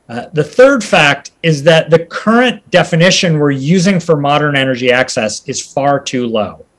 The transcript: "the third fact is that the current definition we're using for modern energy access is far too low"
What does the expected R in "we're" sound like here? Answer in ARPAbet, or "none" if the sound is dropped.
R